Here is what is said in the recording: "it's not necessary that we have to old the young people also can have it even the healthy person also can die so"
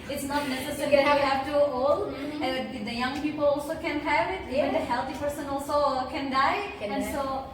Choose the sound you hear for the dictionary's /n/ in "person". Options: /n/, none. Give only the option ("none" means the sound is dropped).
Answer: /n/